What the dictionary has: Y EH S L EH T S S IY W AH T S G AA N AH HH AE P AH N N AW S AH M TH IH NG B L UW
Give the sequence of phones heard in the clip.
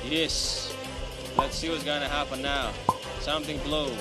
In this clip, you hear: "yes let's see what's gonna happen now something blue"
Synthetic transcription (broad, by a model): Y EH S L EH T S S IY W AH T S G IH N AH HH AE P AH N N AW S AH M TH IH NG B L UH